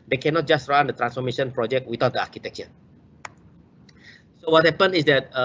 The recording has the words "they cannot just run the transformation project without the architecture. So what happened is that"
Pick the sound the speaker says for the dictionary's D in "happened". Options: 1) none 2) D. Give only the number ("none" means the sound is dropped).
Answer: 1